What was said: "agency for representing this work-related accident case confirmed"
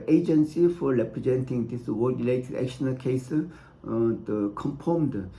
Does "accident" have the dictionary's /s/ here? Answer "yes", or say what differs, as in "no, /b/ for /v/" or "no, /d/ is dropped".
no, /ʃ/ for /s/